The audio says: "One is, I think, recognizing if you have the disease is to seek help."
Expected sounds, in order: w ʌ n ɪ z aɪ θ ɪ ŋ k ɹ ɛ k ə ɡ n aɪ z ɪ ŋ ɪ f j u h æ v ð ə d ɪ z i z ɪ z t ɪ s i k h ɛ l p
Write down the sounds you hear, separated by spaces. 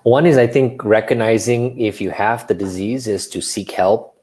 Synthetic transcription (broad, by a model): w ʌ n ɪ z aɪ θ ɪ ŋ k ɹ ɛ k ə ɡ n aɪ z ɪ ŋ ɪ f j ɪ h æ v ð ə d ɪ z i z ɪ z t ɪ s i k h ɛ l p